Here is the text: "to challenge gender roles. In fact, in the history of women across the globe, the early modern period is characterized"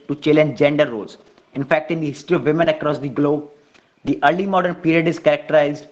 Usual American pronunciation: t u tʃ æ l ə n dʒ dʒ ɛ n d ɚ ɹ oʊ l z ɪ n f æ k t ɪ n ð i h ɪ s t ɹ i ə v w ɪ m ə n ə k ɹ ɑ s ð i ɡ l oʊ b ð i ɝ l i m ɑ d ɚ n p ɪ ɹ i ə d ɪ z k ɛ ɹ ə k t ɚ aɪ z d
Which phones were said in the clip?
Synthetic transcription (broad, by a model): t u tʃ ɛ l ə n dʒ dʒ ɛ n d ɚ ɹ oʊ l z ɪ n f æ k t ɪ n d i h ɪ s t ɹ i ə v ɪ m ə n ə k ɹ ɑ s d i ɡ l oʊ b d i ɝ l i m ɑ d ɚ n p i ɹ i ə d ɪ z k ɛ ɹ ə k t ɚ aɪ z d